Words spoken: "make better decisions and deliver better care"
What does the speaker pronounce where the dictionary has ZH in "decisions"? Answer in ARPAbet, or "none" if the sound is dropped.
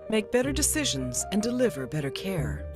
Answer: ZH